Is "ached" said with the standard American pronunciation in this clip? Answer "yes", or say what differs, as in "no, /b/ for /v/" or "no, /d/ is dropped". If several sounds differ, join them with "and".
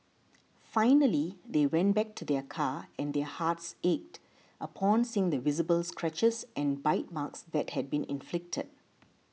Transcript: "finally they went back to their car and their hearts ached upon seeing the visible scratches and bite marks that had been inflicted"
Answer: yes